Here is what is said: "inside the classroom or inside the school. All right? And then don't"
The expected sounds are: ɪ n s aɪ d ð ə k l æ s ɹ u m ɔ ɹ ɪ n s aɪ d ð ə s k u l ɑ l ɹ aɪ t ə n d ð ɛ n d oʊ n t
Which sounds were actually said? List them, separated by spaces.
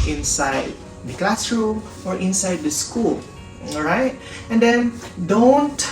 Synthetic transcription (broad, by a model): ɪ n s aɪ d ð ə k l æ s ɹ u ɔ ɹ ɪ n s aɪ d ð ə s k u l l ɹ aɪ t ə n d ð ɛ n d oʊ n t